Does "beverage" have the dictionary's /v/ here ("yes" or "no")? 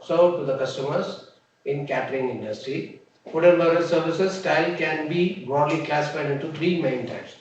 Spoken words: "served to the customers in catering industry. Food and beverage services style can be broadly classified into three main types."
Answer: no